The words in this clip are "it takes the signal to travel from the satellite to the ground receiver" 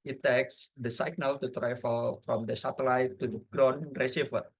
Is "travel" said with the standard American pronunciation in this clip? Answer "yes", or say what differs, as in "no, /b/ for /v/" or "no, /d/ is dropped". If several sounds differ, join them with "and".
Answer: no, /f/ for /v/